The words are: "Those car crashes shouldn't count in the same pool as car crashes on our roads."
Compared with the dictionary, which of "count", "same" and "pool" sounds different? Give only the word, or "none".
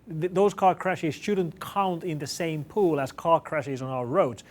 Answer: none